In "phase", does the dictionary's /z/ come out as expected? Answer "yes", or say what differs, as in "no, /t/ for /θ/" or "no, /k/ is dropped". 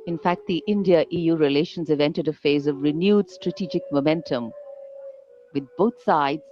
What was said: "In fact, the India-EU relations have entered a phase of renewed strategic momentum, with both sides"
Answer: yes